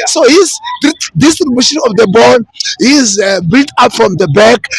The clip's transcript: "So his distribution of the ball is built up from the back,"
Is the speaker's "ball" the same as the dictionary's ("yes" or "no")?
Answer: no